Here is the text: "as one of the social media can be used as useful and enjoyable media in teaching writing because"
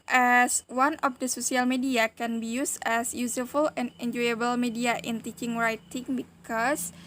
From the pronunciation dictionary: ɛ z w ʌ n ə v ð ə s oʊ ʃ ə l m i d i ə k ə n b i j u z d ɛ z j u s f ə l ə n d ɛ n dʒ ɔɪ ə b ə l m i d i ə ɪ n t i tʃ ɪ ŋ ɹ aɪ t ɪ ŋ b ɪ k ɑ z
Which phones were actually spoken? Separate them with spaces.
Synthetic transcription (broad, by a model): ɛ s w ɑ n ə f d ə s oʊ s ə l m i d i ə k ə n b i j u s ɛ s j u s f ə l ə n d ɛ n dʒ ɔɪ ə b ə l m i d i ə ɪ n t i tʃ ɪ ŋ ɹ aɪ t ɪ ŋ b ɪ k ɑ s